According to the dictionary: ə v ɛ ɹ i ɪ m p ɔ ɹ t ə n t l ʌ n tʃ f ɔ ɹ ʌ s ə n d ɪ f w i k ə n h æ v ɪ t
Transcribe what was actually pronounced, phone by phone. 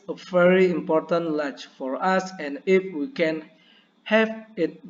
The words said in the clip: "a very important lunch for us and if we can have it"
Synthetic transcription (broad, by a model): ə v ɛ ɹ i ɪ m p ɔ ɹ t ə n t l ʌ tʃ f ɔ ɹ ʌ s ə n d ɪ f w i k ə n h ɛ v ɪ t